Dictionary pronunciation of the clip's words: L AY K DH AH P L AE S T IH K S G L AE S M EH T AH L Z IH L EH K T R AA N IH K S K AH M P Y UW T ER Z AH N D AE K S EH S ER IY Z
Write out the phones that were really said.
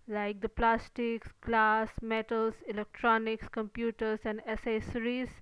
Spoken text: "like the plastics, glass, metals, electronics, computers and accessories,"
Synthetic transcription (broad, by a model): L AY K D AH P L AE S T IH K S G L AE S M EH T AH L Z IH L EH K T R AA N IH K S K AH M P Y UW T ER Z AH N D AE S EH S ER IY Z